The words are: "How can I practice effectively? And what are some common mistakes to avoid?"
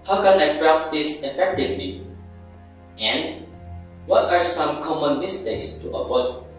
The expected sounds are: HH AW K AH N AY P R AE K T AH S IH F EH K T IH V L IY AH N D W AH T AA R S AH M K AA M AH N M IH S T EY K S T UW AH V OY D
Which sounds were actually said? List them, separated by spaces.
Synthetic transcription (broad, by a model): HH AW K AH N AY P R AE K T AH S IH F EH K T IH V L IY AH N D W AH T AA R S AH M K AA M AH N M IH S T EY K S T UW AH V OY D